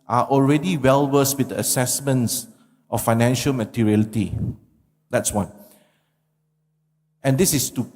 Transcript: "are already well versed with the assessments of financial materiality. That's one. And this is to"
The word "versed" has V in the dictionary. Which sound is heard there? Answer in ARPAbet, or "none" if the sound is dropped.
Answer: W